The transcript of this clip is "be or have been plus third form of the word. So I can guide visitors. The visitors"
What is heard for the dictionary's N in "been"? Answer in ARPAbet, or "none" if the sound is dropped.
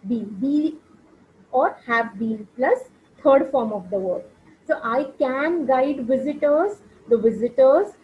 L